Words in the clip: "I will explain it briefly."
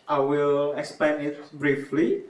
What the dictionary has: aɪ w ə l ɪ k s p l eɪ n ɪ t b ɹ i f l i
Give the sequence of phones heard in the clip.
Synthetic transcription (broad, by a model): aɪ w ə l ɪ k s p eɪ n ɪ t b ɹ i f l i